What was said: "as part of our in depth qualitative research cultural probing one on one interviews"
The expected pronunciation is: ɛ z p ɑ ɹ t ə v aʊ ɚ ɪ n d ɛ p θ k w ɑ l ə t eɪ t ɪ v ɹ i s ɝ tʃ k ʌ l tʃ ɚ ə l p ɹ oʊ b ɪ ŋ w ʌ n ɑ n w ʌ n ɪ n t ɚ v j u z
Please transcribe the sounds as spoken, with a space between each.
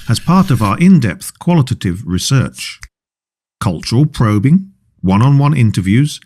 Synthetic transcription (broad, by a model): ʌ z p ɑ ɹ t ə v aʊ ɚ ɪ n d ɛ p θ k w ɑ l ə t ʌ t ɪ v ɹ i s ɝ tʃ k ʌ l tʃ ɚ ə l p ɹ oʊ b ɪ ŋ w ʌ n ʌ n w ʌ n ɪ n t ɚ v j u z